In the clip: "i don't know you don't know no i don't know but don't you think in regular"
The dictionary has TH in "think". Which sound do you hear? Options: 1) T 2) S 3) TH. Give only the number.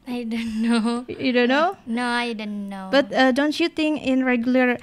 1